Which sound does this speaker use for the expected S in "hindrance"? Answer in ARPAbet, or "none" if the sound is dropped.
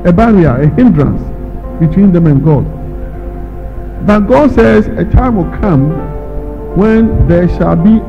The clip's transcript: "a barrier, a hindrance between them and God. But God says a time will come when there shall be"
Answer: S